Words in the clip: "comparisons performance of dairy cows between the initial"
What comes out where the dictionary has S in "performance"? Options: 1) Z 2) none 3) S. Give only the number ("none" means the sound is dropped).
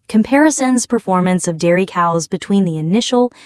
3